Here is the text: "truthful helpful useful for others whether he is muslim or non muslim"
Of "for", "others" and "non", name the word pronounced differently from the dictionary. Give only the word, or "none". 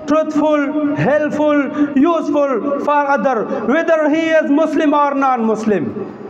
others